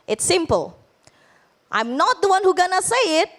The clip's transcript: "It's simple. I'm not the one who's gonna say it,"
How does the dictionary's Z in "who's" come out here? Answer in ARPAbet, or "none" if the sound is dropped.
none